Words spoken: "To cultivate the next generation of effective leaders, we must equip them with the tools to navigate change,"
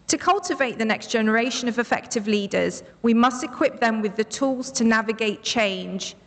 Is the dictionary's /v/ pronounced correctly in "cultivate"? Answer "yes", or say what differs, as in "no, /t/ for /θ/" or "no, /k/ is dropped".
yes